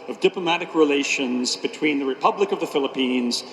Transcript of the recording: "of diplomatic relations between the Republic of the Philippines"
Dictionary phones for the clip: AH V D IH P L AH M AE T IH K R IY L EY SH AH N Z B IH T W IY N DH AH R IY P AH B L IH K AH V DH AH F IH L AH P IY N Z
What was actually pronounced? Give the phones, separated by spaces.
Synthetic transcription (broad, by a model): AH V D IH P L AH M AE T IH K R IY L EY SH AH N Z B IH T W IY N DH AH R IY P AH B L IH K AH V DH AH F IH L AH P IY N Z